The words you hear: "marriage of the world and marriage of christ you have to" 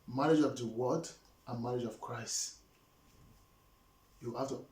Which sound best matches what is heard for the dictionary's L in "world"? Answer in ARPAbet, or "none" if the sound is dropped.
none